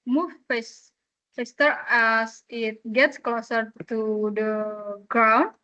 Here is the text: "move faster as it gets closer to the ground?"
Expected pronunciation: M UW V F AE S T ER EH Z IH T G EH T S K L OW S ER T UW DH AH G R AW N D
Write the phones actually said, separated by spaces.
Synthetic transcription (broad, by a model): M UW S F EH S T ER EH S IH T G EH T S K L OW S ER T UW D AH G R AW N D